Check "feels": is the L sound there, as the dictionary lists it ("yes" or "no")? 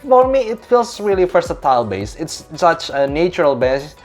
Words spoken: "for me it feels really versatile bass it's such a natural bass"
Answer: yes